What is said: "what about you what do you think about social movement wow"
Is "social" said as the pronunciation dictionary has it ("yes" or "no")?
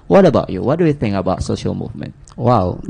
yes